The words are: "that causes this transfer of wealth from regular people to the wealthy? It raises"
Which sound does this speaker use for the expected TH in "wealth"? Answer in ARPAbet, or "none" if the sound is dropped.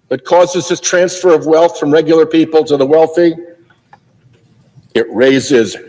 TH